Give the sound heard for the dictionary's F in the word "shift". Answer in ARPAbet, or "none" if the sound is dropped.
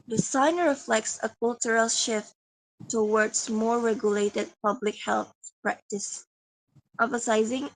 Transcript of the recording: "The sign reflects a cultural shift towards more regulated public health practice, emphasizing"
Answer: F